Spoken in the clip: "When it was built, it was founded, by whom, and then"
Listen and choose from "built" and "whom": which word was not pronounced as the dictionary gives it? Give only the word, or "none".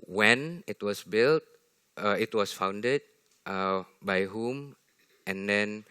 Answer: none